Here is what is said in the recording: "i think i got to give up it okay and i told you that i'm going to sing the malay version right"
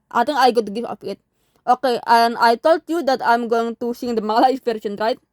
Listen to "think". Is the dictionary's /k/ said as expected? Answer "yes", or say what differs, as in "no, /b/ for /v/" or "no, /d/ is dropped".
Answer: no, /k/ is dropped